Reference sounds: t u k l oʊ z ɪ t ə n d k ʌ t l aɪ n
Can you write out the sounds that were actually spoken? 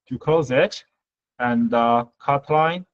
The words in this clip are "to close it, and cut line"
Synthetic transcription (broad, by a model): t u k oʊ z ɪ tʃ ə n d k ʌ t l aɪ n